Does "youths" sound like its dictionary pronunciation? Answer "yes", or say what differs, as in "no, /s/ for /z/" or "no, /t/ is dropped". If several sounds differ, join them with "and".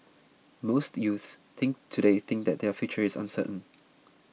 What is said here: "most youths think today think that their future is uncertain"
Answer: yes